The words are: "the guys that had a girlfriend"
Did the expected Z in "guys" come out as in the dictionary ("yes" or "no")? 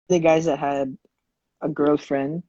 yes